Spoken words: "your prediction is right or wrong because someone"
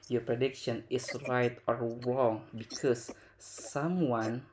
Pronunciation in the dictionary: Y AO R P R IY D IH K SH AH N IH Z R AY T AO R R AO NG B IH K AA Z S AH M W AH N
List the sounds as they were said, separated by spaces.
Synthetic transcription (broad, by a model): Y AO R P R IY D IH K SH AH N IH S R AY T AO R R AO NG B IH K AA S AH M W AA N